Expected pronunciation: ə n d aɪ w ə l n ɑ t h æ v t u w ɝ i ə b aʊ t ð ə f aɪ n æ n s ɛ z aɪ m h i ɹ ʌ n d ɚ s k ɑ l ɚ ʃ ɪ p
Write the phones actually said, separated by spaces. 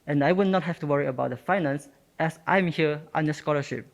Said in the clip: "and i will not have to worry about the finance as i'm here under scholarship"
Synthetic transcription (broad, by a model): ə n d aɪ w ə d n ɑ t h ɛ f t u w ɝ i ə b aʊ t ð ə f aɪ n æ n s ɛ s aɪ m h i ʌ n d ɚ s k ɑ l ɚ ʃ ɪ p